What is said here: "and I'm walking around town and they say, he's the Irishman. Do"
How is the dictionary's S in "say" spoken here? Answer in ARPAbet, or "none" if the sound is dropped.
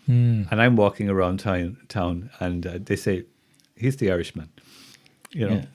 S